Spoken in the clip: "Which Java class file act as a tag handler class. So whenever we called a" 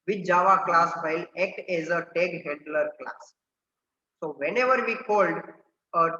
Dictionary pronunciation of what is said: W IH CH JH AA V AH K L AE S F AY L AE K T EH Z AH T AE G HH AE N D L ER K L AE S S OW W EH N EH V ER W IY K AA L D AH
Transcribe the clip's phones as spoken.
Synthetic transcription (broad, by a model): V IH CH JH AA V AH K L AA S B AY L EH K T EH Z AH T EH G HH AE N D L ER K L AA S S OW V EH N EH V ER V IY K AA L D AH